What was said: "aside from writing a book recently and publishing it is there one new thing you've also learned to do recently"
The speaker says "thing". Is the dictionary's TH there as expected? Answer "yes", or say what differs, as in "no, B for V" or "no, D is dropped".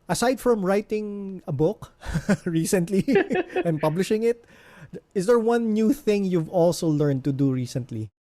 yes